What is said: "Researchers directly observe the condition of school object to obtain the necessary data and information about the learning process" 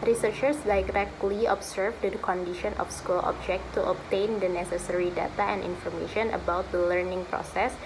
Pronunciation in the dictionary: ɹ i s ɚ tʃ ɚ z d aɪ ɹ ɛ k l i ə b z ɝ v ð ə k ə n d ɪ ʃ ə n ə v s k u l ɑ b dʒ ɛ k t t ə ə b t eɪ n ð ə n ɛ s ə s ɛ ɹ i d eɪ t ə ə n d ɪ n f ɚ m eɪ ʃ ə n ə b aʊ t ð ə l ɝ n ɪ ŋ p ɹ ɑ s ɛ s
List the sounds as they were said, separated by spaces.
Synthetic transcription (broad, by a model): ɹ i s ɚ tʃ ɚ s d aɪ ɹ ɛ k l i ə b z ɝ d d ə k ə n d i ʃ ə n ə f s k u l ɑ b dʒ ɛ k t t ə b t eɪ n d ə n ɛ s ə s ɛ ɹ i d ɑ t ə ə n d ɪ n f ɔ m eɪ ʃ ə n ə b aʊ t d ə l ɝ n ɪ ŋ p ɹ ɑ s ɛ s